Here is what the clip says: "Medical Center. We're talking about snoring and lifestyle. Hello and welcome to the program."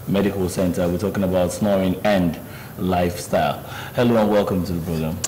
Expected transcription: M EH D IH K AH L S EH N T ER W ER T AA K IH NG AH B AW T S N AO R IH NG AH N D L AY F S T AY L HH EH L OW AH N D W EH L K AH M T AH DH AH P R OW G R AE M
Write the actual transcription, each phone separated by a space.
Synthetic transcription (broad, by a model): M EH D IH K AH L S EH N T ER W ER T AA K IH NG AH B AW T S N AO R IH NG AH N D L AY F S T AY L HH EH L OW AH N W EH L K AH M T AH DH AH P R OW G R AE M